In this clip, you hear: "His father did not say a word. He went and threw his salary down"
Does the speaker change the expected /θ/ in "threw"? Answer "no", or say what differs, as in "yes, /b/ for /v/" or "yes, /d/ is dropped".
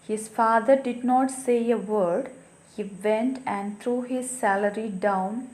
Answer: yes, /t/ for /θ/